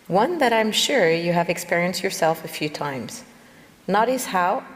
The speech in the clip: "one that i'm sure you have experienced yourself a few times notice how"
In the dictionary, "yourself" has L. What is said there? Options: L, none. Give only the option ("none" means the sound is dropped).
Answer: L